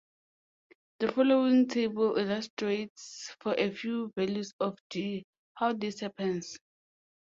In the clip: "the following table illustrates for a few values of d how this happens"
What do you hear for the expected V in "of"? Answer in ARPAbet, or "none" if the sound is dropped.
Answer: F